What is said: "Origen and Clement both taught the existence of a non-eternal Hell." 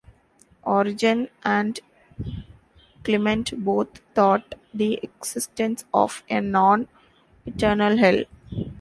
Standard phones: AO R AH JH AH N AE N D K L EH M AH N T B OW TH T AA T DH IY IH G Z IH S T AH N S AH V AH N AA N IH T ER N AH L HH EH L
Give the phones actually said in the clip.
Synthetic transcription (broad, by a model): AO R AH JH AH N AE N D K L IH M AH N T B OW T T AA T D IY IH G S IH S T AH N S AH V AH N AA N IH T ER N AH L HH EH L